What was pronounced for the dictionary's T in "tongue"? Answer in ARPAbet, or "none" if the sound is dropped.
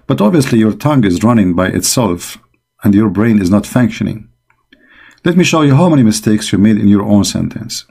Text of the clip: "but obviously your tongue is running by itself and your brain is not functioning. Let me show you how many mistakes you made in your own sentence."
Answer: T